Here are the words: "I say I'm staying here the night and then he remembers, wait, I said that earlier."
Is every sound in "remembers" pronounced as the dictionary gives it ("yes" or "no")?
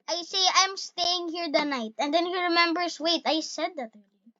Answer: no